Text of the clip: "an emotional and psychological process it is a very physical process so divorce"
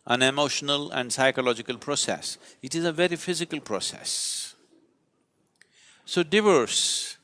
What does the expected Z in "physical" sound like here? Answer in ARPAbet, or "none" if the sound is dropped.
Z